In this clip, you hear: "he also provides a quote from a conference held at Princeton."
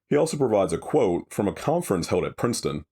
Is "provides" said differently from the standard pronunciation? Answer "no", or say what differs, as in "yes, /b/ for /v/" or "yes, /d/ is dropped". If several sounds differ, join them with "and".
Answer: no